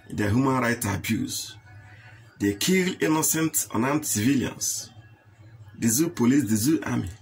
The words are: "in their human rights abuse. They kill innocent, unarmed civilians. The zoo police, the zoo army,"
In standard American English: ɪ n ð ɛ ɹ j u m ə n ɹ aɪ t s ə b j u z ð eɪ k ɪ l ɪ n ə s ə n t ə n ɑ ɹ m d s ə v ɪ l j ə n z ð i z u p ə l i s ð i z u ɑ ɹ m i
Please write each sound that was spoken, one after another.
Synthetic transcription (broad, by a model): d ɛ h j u m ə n ɹ aɪ t ə b j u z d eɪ k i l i n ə s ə n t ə n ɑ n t s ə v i l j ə n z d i z u p ə l i s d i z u ɑ m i